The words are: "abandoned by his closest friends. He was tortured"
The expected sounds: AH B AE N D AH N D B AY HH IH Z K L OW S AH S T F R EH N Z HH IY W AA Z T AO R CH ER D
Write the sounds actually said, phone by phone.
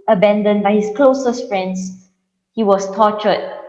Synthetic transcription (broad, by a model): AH B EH N D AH N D B AY HH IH S K L OW S AH S T F R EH N S HH IY W AA S T AO CH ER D